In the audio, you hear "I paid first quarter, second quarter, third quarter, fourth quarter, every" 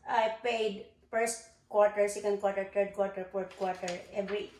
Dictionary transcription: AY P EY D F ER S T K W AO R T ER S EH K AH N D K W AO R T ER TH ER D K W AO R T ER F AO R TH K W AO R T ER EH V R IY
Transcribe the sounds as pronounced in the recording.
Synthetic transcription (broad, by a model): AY P EY D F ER S T K W AO R T ER S EH K AH N D K W AO R T ER T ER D K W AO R T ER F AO R T K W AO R T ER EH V R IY